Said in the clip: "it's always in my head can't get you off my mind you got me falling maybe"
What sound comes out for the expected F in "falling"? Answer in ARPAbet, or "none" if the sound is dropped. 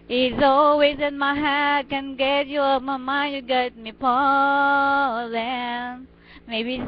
P